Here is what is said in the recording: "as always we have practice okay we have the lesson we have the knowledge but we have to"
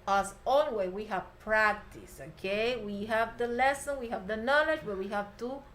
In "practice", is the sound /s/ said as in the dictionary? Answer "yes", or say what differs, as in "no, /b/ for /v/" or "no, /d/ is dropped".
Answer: yes